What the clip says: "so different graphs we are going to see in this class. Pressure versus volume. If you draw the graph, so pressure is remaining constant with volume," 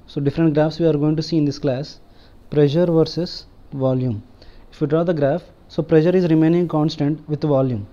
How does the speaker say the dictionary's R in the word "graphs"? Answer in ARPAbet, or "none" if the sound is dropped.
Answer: R